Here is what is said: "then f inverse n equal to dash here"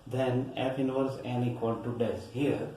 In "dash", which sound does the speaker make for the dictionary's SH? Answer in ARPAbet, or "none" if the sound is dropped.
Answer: S